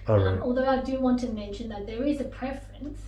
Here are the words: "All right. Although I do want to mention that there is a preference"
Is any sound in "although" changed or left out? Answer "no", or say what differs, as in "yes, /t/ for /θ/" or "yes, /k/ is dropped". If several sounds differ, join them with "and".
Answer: no